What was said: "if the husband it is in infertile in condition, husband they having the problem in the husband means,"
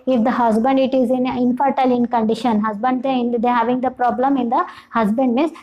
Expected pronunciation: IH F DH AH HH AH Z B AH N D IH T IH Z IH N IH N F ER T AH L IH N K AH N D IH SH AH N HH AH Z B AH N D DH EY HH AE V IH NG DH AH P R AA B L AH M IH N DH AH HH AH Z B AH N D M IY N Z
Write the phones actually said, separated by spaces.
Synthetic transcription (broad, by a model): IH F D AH HH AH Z B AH N D IH T IH Z IH N IH N F ER T AH L IH N K AH N D IH SH AH N HH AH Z B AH N D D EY HH AE V IH NG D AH P R AA B L AH M IH N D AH HH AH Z B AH N D M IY N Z